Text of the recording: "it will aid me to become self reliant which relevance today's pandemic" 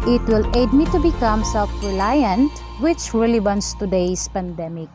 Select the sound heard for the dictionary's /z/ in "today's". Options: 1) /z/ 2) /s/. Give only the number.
2